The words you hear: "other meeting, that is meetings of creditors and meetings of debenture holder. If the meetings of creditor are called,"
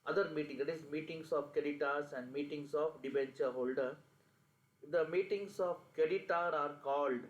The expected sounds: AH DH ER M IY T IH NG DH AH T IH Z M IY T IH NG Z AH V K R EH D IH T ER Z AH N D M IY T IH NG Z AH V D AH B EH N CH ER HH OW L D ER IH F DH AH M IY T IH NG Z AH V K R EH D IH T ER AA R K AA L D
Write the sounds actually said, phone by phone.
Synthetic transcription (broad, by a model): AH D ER M IY T IH NG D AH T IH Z M IY T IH NG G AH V K EH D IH T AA S AH N D M IY T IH NG S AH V D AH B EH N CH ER HH OW L D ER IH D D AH M IY T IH NG S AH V K EH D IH T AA AA R K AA L D